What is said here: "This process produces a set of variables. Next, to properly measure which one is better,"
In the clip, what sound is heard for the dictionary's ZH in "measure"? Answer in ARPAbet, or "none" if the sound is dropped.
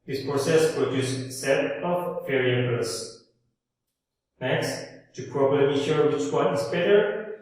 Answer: SH